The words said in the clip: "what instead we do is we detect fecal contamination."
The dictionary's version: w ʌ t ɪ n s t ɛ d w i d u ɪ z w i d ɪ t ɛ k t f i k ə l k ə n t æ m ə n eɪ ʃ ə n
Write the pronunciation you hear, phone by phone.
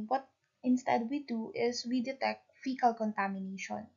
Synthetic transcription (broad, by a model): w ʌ t ɪ n s t ɛ d w i d u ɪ s w i d ɪ t ɛ k t f i k ə l k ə n t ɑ m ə n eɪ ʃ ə n